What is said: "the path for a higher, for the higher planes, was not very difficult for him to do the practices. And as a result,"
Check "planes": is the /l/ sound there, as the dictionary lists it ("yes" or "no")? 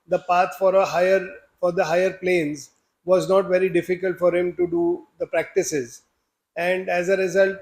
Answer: yes